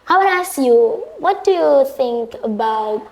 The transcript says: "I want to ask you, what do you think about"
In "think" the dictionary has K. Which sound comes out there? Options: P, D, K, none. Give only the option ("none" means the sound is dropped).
K